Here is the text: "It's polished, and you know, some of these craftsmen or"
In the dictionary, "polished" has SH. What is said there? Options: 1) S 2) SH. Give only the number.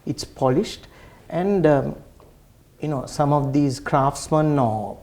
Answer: 2